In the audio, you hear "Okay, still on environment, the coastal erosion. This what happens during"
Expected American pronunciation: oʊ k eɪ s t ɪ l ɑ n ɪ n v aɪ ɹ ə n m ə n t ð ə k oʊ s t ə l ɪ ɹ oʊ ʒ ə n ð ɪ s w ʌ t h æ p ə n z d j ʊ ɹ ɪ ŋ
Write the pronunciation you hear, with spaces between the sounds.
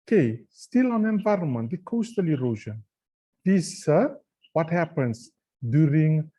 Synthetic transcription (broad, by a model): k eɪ s t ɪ l ɑ n ɪ n v aɪ ɹ ə n m ə n t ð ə k oʊ s t ə l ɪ ɹ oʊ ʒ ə n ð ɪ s w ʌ t h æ p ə n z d j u ɹ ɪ ŋ